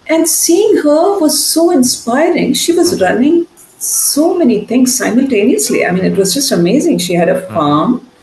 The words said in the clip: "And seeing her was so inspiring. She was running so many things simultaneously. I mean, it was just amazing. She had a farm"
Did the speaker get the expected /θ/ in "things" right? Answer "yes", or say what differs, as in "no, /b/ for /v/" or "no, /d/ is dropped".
no, /t/ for /θ/